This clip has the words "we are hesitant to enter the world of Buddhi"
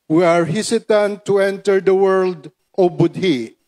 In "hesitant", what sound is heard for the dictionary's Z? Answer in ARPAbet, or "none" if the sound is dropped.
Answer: S